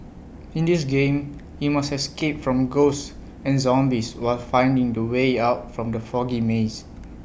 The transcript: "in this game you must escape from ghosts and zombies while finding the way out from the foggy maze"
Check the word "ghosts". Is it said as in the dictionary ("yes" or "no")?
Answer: no